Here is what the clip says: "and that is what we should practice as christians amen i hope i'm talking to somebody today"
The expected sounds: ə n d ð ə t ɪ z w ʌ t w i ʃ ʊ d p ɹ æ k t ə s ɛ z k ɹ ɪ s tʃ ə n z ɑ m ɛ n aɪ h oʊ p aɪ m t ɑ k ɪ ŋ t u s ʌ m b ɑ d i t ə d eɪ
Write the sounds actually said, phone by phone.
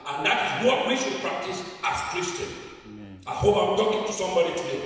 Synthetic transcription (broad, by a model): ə n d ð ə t ɪ z w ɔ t w i ʃ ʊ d p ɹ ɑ k t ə s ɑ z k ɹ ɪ s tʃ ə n ɑ ɪ h oʊ p aɪ m t ɑ k ɪ ŋ t u s ʌ m b ɑ d i t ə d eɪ